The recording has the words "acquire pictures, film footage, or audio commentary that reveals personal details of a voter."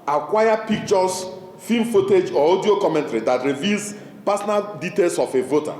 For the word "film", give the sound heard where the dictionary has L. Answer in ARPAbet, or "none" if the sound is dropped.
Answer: none